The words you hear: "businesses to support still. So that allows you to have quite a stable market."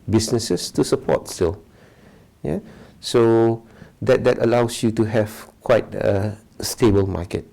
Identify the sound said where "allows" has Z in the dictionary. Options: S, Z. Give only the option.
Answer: S